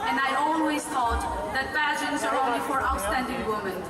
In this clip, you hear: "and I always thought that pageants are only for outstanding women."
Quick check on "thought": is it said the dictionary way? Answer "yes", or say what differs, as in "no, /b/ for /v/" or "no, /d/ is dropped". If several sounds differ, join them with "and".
no, /t/ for /θ/